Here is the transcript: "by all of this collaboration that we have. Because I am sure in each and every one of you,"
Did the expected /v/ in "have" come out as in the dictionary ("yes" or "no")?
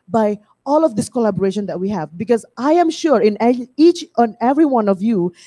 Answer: yes